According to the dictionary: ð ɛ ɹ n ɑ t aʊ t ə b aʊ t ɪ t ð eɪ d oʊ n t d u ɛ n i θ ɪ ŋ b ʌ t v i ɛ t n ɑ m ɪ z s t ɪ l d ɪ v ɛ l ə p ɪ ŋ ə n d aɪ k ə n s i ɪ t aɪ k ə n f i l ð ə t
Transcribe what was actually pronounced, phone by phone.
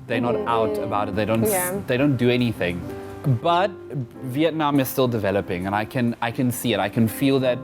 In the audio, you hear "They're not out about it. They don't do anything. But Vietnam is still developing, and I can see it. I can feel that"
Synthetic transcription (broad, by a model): ð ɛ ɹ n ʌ t aʊ t ə b aʊ t ɪ t ð eɪ d oʊ n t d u ɛ n i θ ɪ ŋ b ʌ t v i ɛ t n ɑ m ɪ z s t ɪ l d ɪ v ɛ l ə p ɪ ŋ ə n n aɪ k ə n s i ɪ t aɪ k ə n f i l ð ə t